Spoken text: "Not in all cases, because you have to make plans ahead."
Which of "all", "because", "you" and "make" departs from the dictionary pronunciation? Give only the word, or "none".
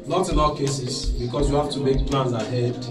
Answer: because